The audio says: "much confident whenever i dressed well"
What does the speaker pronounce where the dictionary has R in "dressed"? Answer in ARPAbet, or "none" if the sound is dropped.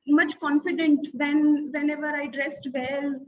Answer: R